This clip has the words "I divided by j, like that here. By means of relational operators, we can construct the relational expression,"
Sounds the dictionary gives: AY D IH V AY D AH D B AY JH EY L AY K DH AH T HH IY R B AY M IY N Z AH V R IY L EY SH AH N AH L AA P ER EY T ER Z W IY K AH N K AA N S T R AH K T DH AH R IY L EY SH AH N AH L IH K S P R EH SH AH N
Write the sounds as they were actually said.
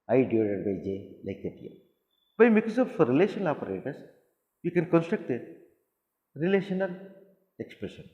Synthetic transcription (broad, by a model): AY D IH AO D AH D B AY JH EY L AY K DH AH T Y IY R B AY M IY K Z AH F R IY L EY SH AH N AH L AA P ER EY T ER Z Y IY K AH N K AA N S T R AH K T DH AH R IY L EY SH AH N AH L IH K S P R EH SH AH N